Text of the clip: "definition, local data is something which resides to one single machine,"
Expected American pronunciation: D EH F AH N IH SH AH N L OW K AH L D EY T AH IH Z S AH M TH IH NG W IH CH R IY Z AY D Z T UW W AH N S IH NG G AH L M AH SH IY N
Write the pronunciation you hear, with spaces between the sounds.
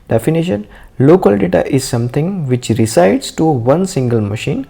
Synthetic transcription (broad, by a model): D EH F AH N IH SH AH N L OW K AH L D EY T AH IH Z S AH M T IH NG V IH CH R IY S AY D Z T UW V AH N S IH NG G AH L M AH SH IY N